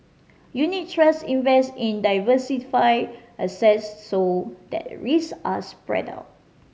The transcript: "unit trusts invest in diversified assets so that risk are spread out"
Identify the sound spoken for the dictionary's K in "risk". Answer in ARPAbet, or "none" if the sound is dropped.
none